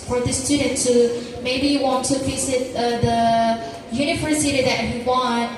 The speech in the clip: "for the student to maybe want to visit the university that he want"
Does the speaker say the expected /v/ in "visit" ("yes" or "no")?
no